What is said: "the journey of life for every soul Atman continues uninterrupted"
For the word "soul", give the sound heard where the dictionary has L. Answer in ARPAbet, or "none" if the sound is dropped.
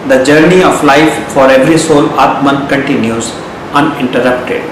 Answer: L